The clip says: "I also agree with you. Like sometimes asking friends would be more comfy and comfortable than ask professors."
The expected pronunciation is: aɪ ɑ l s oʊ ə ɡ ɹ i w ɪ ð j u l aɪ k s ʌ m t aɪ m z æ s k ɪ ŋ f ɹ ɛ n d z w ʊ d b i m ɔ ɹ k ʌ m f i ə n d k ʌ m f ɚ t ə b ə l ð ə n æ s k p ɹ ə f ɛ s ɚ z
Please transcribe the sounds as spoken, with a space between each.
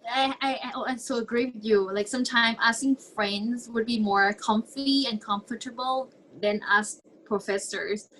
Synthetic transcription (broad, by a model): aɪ ɑ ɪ s oʊ ə ɡ ɹ i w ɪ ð j u l aɪ k s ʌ m t aɪ m æ s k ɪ ŋ f ɹ ɛ n d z w ʊ d b i m ɔ ɹ k ʌ m f i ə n k ʌ m f ɚ t ə b ə l ð ə n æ s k p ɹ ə f ɛ s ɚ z